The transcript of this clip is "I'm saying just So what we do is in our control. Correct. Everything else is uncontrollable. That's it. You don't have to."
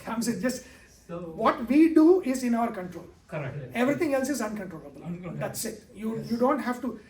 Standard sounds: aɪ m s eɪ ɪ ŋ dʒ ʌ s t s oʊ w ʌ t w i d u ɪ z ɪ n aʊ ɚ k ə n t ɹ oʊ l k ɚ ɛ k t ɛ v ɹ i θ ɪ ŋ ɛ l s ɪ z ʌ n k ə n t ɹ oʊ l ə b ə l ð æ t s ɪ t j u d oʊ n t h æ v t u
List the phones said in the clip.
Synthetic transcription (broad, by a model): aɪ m s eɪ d dʒ ʌ s t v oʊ t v i d u ɪ z ɪ n aʊ ɚ k ə n t ɹ oʊ l k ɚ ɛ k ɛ v ɹ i t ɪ ŋ ɛ l s ɪ z ʌ n k ə n t ɹ oʊ l ə b ə l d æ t s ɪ t j u d oʊ n t h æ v t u